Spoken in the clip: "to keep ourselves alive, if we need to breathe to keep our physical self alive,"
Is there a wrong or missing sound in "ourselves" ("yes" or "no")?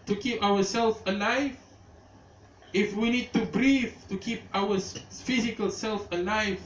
yes